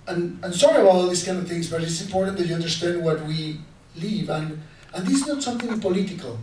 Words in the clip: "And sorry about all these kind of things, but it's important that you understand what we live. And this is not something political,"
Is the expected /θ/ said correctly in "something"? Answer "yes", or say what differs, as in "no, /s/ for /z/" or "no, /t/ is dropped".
yes